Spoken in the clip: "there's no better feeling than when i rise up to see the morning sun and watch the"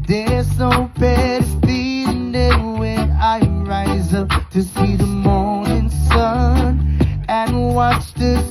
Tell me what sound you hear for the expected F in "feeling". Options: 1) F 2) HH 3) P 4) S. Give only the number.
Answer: 3